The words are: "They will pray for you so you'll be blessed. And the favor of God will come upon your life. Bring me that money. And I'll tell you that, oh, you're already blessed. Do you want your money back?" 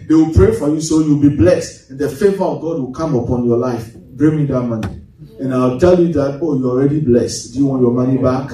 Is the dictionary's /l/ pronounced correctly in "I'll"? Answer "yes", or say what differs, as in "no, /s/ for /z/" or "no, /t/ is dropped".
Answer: no, /w/ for /l/